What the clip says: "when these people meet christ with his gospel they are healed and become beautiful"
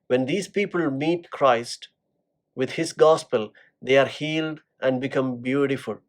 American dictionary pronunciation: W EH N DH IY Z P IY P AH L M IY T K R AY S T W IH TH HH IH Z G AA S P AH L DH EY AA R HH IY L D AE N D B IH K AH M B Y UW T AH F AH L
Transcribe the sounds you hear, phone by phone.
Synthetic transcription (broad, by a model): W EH N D IY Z P IY P AH L M IY T K R AY S T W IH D HH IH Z G AA S P AH L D EY AA R HH IY L D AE N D B IH K AH M B Y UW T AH F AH L